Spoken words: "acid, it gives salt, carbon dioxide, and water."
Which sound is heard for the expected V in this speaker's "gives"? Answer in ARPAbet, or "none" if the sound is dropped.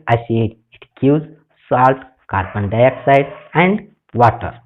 none